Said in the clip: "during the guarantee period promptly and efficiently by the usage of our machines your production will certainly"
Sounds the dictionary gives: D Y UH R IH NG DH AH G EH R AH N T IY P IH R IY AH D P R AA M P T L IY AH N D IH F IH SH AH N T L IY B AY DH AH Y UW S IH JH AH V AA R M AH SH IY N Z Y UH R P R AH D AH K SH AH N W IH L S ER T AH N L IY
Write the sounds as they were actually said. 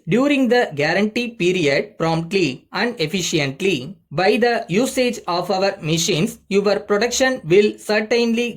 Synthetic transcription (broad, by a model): D Y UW R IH NG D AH G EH R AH N T IY P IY R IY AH D P R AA M P T L IY AH N D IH F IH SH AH N T L IY B AY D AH Y UW S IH JH AH V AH R M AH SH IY N S Y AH R P R AH D AH K SH AH N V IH L S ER T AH N L IY